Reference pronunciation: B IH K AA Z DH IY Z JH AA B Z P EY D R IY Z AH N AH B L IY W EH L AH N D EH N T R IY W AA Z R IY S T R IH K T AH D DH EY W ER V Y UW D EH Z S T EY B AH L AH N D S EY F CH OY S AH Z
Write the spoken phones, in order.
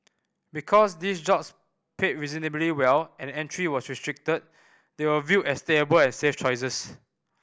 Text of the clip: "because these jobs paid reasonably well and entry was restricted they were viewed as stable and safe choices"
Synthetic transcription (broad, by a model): B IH K AA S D IY S JH AA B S P EY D R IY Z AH N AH B L IY W EH L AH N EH N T R IY W AA S R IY S T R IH K T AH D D EY W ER V Y UW EH S T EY B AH L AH N S EY F CH OY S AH S